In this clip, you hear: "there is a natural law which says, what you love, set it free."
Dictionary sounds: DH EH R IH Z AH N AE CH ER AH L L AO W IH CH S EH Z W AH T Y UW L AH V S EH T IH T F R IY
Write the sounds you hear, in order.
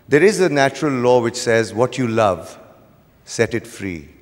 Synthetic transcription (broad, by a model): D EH R IH Z AH N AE CH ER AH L L AO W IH CH S EH Z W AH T Y UW L AH V S EH T IH T F R IY